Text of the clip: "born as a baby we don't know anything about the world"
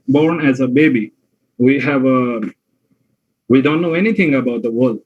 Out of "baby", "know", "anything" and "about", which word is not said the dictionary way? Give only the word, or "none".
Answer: anything